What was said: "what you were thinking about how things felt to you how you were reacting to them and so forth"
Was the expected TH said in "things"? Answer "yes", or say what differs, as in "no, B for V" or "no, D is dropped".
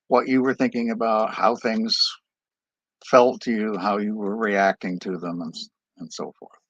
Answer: yes